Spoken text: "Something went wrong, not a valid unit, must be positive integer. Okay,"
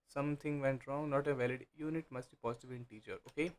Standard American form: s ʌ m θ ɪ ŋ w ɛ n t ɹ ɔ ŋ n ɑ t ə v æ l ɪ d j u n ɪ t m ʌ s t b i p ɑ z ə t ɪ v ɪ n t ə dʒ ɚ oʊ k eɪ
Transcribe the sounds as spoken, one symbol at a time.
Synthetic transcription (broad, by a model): s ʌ m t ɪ ŋ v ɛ n t ɹ ɔ ŋ n ɑ t ə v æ l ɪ d j u n ɪ t m ʌ s t b i p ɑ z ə t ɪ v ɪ n t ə tʃ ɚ oʊ k eɪ